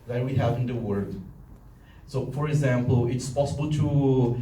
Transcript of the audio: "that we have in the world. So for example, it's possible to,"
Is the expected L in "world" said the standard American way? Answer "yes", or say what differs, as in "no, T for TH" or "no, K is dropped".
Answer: no, L is dropped